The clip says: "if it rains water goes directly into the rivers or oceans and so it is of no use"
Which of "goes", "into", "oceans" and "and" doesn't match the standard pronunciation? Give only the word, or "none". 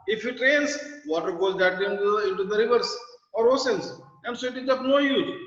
oceans